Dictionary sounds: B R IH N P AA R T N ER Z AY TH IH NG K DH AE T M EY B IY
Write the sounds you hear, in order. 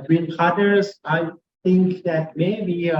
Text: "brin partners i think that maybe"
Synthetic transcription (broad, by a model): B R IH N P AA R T ER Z AY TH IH NG K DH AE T M EY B IY